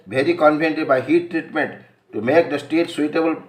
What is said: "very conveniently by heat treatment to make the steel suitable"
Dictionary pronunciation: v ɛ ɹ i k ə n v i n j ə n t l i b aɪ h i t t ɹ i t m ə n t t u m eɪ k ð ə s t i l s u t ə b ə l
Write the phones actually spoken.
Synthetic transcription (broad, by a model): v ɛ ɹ i k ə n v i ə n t i b aɪ h i t t ɹ i t m ə n t t u m eɪ k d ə s t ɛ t s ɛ t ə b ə l